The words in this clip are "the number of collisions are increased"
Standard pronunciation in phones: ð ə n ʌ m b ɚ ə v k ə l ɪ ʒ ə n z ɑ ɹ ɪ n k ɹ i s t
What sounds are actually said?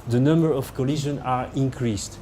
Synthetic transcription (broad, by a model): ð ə n ʌ m b ɚ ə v k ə l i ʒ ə n ɑ ɹ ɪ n k ɹ i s t